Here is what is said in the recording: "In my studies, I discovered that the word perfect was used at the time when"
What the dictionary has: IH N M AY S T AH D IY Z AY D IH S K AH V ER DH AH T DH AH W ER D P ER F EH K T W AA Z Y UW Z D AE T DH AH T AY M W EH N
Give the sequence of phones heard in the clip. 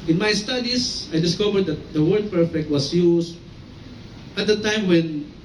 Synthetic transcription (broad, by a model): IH N M AY S T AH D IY S AY D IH S K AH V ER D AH T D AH W ER D P ER F EH K T W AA S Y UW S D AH T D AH T AY M W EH N